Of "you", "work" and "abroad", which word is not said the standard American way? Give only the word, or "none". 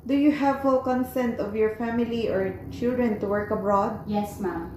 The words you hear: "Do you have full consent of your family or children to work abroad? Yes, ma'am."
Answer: none